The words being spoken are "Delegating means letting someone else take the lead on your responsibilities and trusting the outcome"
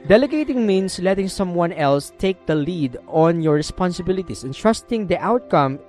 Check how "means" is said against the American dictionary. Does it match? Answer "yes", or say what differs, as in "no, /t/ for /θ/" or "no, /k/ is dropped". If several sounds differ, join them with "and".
no, /s/ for /z/